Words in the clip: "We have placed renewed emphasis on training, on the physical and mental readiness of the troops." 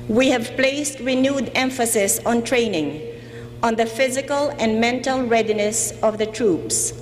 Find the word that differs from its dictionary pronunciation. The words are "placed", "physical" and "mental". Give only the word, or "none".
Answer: none